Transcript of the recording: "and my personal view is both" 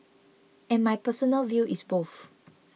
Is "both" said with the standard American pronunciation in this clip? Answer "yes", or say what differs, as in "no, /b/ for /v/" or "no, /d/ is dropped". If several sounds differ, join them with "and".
no, /f/ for /θ/